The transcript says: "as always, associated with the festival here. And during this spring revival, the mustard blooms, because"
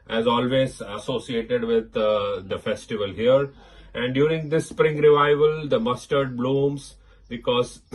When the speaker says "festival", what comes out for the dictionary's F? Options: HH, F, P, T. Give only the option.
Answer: F